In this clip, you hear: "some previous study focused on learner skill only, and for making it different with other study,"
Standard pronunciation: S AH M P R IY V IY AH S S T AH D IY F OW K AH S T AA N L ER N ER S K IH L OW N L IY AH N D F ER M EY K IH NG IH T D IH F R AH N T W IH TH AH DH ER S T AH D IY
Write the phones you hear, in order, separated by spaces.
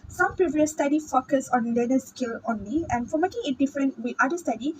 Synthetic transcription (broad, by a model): S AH M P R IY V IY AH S S T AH D IY F OW K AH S AA N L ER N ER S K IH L OW N L IY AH N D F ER M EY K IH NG IH T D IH F R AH N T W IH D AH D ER S T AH D IY